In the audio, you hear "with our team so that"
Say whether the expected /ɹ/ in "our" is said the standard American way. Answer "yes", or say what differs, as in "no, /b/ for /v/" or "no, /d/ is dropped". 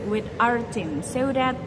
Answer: yes